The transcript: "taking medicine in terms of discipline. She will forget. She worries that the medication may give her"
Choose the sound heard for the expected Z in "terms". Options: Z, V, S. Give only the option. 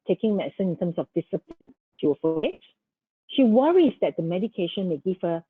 S